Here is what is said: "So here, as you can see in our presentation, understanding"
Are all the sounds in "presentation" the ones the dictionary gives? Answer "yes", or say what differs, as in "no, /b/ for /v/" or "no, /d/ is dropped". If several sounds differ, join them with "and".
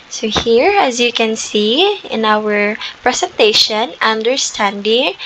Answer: no, /s/ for /z/